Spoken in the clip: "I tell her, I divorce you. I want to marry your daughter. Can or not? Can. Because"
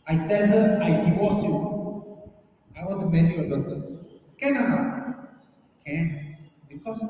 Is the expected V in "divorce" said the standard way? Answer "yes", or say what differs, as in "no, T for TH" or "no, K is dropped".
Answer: no, W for V